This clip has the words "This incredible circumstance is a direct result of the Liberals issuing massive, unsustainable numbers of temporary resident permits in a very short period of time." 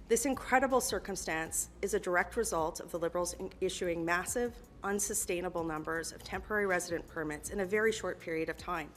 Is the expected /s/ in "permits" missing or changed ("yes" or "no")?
no